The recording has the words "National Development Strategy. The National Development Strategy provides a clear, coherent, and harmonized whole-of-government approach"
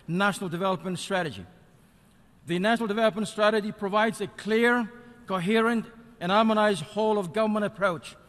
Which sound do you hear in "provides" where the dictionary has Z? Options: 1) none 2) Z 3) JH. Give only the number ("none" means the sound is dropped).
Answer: 2